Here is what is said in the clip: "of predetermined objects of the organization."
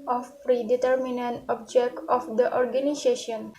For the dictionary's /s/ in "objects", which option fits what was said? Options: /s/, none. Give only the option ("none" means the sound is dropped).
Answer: none